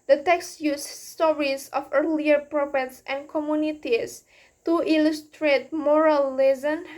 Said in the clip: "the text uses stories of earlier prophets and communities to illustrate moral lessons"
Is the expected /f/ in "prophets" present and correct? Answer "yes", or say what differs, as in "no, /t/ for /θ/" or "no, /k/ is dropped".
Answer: no, /p/ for /f/